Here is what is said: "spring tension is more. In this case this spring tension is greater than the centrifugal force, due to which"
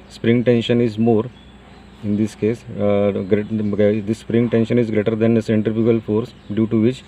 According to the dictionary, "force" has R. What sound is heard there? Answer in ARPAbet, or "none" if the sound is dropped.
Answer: R